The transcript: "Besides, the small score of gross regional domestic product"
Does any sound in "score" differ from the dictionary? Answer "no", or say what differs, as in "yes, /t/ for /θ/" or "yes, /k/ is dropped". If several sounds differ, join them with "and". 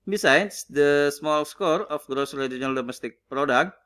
no